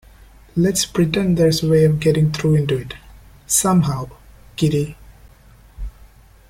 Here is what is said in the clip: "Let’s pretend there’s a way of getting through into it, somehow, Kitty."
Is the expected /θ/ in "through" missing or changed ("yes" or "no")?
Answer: yes